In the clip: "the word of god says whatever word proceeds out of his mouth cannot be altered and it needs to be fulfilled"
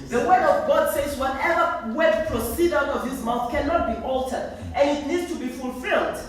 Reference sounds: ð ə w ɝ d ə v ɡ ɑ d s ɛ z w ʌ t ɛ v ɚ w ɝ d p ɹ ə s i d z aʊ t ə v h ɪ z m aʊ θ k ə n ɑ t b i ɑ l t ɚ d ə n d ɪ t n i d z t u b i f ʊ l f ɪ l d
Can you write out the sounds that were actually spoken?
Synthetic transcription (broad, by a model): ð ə w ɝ d ə v ɡ ɑ d s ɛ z w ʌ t ɛ v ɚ w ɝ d p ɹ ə s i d aʊ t ə v h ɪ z m aʊ θ k ə n ɑ t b i ɑ l t ɚ d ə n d ɪ t n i d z t u b i f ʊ l f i l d